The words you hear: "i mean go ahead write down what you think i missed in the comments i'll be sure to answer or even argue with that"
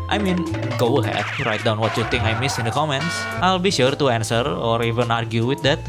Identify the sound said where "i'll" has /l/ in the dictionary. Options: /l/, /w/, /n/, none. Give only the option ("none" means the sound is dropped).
/l/